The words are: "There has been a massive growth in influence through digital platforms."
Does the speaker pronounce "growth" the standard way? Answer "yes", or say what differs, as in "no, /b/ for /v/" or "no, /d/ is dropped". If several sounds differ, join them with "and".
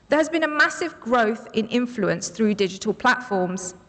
yes